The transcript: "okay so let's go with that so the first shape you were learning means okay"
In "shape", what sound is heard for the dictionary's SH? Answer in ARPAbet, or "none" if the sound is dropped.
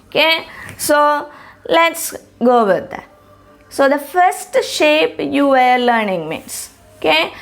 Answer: SH